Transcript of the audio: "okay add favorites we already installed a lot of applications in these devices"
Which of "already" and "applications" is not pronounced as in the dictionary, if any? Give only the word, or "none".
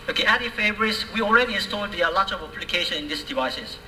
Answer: applications